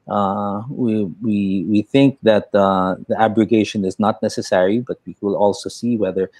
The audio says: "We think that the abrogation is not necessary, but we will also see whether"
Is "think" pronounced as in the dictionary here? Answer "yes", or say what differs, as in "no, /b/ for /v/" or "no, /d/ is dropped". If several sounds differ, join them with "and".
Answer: yes